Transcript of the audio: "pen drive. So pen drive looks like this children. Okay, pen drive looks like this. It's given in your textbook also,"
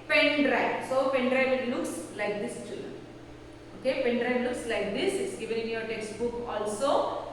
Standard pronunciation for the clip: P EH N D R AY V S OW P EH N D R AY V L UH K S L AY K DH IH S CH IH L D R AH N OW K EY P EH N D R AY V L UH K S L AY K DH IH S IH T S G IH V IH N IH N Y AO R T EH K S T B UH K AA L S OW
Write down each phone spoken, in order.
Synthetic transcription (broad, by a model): P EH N D R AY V S OW P EH N D R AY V L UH K S L AY K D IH S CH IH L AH OW K EY P EH N D R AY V L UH K S L AY K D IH S IH T S G IH V IH N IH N Y AO R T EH K S T B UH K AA L S OW